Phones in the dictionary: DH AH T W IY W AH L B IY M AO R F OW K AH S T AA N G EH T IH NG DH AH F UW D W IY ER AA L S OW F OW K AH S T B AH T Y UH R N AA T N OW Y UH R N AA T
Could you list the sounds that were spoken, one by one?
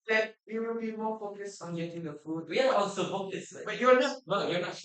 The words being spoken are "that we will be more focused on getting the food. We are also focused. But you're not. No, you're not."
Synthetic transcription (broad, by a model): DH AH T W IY W AH L B IY M AO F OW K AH S AA N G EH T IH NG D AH F UW D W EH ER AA N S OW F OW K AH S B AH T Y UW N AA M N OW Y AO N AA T